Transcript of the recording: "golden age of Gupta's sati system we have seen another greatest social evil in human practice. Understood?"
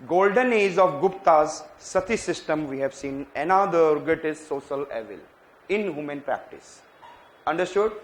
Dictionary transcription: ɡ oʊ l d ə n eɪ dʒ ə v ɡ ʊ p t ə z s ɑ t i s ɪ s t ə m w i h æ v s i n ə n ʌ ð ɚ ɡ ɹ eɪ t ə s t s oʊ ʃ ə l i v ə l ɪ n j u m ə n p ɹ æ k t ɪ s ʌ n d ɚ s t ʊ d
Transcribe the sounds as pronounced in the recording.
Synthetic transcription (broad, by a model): ɡ oʊ l d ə n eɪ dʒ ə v ɡ ʊ p t ə z s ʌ t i s ɪ s t ə m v i h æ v s i n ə n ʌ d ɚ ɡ eɪ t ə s s oʊ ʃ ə l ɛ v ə l ɪ n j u m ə n p ɹ æ k t ɪ s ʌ n d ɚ s t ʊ d